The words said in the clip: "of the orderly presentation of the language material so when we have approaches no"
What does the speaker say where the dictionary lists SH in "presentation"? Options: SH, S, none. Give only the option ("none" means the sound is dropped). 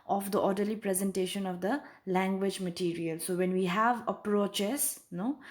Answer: SH